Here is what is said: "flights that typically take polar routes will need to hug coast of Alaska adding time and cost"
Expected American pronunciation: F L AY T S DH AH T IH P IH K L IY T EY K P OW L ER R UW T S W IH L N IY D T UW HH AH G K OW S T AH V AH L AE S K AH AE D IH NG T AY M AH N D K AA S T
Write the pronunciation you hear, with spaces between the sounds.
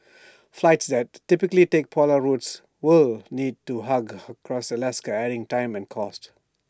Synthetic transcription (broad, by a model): F L AY T S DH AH T IH P IH K L IY T EY K P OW L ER R UW T S W IH L N IY D T UW HH AH G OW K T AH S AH L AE S K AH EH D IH NG T AY M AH N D K AA S T